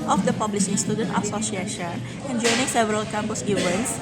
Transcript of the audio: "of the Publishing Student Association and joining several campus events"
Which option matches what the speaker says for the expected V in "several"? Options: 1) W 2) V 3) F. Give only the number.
2